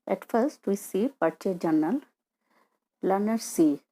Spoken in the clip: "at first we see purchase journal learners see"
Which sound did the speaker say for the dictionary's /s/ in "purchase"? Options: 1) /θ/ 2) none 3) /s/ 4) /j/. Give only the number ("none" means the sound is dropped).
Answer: 2